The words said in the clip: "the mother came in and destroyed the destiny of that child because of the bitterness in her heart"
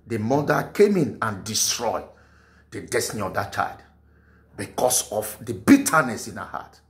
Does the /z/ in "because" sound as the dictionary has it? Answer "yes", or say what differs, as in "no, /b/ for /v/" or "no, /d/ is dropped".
no, /s/ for /z/